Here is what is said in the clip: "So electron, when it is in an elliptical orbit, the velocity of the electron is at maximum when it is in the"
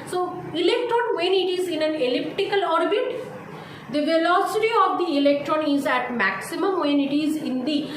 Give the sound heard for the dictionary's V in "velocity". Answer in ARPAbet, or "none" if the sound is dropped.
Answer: V